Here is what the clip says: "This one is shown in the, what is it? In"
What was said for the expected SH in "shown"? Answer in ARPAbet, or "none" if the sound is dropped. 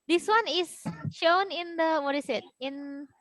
SH